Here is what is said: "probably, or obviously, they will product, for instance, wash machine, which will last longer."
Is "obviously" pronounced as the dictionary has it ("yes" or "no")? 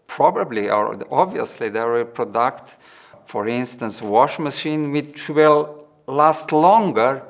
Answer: yes